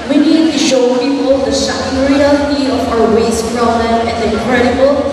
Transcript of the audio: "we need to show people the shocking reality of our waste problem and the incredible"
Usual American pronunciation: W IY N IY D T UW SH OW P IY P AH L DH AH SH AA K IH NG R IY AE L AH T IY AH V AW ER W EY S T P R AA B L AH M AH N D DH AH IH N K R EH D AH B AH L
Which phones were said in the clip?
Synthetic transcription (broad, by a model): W IY N IY D T UW SH OW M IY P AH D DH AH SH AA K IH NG R IY AE L AH T IY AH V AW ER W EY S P R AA L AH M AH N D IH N K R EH D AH B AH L